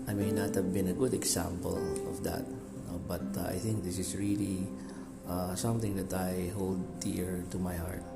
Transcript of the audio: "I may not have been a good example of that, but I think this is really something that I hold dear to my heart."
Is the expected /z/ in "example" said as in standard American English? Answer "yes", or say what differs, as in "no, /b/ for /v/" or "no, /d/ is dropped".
no, /s/ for /z/